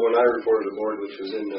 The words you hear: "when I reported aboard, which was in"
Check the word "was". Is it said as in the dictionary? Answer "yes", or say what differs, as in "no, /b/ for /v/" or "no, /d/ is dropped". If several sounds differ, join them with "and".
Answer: yes